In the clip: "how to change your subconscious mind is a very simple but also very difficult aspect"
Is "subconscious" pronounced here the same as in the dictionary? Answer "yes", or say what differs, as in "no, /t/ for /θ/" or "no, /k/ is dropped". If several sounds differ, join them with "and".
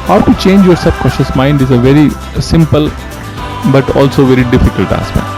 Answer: no, /n/ is dropped